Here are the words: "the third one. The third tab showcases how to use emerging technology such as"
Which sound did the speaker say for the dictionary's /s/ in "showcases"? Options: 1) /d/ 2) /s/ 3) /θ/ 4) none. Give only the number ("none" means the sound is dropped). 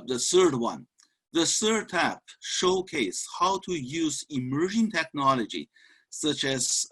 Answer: 4